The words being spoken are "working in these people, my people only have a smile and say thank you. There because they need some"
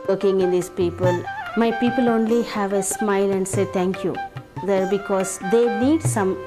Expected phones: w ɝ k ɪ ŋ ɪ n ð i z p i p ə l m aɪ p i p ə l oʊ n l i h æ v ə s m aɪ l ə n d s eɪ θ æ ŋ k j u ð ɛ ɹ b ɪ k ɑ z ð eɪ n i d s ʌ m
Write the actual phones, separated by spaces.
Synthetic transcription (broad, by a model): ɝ k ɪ ŋ ɪ n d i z p i p ə l m aɪ p i p ə l oʊ n l i h æ v ə s m aɪ l ə n d s eɪ t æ ŋ k j u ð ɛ ɹ b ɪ k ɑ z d eɪ n i d s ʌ m